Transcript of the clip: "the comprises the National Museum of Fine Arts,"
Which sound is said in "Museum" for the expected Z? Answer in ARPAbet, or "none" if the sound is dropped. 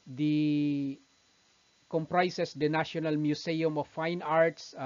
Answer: S